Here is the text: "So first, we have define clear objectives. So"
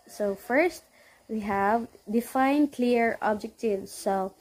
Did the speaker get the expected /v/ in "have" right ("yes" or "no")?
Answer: yes